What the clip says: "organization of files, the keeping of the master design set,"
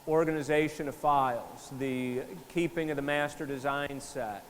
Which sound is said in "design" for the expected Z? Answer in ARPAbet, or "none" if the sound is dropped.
Z